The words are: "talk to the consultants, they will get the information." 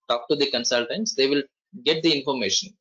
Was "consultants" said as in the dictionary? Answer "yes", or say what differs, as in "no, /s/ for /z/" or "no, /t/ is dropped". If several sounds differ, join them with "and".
yes